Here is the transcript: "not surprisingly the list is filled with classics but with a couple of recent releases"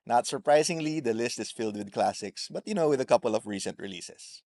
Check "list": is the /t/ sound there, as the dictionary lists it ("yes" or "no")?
yes